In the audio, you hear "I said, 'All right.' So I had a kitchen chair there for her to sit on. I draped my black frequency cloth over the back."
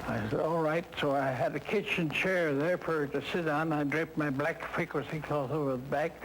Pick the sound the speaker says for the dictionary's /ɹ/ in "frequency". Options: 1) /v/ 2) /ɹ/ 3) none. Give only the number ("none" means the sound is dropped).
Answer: 3